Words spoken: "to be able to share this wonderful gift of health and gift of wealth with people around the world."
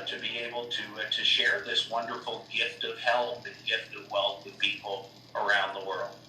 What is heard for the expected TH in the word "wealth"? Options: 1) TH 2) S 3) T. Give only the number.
1